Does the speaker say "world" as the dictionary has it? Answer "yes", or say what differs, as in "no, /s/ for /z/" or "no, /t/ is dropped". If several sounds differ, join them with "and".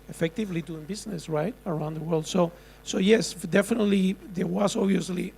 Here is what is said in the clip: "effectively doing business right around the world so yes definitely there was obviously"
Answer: yes